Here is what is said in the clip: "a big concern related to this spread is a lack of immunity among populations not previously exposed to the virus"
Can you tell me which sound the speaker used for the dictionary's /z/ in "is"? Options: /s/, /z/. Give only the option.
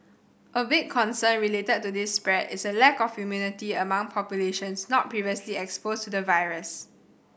/s/